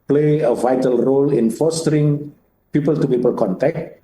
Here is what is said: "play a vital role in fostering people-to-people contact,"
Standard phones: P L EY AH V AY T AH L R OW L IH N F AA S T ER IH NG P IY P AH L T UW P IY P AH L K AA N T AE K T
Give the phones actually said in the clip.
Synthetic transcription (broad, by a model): P L EY AH V AY T AH L R OW L IH N F AA S T ER IH NG P IY P AH L T UW P IY P AH L K AA N T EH K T